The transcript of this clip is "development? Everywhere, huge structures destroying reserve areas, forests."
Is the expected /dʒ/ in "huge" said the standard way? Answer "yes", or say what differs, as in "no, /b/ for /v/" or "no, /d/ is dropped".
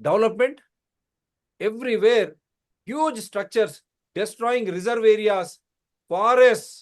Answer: yes